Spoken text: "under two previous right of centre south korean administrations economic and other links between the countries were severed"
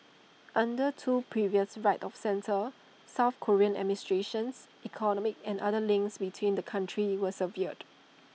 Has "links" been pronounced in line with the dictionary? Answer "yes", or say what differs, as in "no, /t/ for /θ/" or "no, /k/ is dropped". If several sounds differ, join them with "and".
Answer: yes